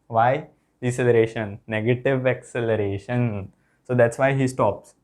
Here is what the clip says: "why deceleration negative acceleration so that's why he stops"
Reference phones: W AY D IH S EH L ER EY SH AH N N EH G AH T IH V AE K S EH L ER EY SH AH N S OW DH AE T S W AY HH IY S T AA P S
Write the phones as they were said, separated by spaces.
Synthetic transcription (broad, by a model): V AY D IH S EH L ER EY SH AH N N EH G AH T IH V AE K S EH L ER EY SH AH N S OW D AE T S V AY HH IY S T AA P S